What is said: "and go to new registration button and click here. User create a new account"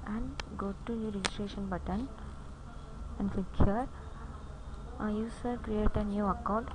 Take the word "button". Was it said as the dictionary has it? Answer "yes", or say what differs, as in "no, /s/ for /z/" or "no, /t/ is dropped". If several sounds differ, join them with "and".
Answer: yes